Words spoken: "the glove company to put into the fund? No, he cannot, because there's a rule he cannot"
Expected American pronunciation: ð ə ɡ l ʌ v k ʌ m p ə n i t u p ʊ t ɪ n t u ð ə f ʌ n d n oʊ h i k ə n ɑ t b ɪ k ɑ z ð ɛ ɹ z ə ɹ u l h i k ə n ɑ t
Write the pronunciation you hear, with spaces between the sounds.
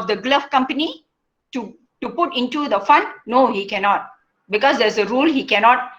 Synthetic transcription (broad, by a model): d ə ɡ l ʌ f k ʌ m p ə n i t u p ʊ t ɪ n t u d ə f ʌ n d n oʊ h i k ə n ɑ t b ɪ k ɑ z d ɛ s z ə ɹ u l h i k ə n ɑ t